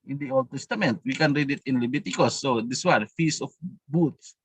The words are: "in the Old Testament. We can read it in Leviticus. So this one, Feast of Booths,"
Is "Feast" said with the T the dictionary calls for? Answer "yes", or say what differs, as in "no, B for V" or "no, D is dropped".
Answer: no, T is dropped